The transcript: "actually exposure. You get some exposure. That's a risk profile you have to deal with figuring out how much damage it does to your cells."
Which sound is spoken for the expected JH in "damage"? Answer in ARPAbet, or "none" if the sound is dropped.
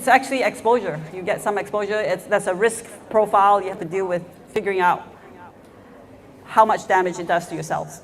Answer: JH